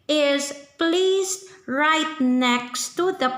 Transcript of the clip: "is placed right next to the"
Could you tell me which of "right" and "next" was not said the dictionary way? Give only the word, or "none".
none